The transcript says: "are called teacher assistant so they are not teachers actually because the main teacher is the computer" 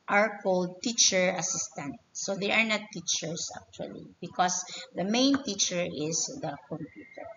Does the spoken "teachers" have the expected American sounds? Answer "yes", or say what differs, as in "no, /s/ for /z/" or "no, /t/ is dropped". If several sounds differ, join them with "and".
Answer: no, /s/ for /z/